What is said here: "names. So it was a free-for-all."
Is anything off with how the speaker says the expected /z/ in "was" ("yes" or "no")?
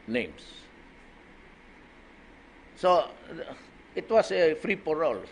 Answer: yes